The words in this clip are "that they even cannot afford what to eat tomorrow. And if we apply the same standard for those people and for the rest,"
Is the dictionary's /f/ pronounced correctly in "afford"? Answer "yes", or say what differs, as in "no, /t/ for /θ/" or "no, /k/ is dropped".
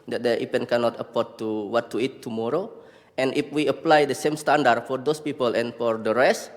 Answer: no, /p/ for /f/